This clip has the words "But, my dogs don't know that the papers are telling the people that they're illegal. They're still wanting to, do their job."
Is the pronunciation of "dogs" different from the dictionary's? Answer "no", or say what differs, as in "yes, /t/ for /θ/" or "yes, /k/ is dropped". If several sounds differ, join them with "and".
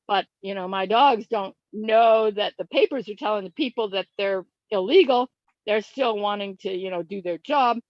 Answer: no